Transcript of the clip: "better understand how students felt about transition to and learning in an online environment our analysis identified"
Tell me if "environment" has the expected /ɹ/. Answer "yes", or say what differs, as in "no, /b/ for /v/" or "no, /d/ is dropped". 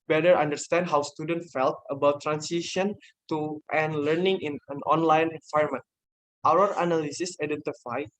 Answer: no, /ɹ/ is dropped